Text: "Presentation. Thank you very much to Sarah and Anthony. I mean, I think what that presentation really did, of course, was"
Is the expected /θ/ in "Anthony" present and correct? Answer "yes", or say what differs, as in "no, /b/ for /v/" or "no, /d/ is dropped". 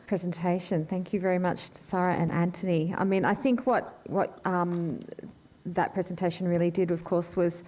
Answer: no, /t/ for /θ/